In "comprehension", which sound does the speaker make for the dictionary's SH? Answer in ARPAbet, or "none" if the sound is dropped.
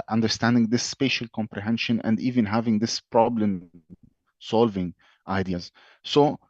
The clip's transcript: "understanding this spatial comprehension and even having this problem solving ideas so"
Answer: SH